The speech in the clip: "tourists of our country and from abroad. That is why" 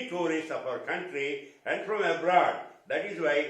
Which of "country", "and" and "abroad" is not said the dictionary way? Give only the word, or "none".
none